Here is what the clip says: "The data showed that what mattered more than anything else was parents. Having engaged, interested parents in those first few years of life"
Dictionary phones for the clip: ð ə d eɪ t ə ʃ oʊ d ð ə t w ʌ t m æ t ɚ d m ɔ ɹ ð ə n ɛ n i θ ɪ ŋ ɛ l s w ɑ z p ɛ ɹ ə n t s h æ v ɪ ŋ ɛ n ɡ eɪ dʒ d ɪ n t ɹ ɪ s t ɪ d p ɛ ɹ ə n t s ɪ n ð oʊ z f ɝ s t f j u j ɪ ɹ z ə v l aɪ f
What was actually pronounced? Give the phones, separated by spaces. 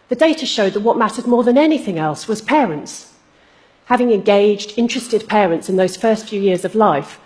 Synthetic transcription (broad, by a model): ð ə d eɪ t ə ʃ oʊ d ð ə t w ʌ t m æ t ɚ d m ɔ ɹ ð ə n ɛ n i θ ɪ ŋ ɛ l s w ɑ z p ɛ ɹ ə n t s h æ v ɪ ŋ ɛ n ɡ eɪ dʒ d ɪ n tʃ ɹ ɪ s t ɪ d p ɛ ɹ ə n t s ɪ n ð oʊ z f ɝ s t f j u j ɪ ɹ z ə v l aɪ f